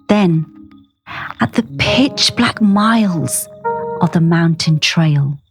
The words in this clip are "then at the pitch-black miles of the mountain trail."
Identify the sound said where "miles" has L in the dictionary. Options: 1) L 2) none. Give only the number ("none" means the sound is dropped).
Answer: 1